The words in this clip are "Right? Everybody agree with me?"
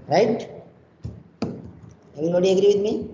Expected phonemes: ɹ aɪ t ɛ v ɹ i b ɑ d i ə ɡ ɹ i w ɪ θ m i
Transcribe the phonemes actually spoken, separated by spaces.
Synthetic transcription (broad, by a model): ɹ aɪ t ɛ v i ɑ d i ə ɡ ɹ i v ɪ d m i